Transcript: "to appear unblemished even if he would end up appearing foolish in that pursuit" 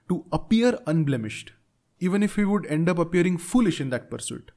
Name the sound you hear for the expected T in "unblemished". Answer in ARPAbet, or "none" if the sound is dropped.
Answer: T